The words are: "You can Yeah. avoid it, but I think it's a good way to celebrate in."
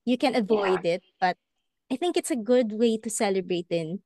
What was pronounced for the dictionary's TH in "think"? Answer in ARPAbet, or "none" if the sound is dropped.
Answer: TH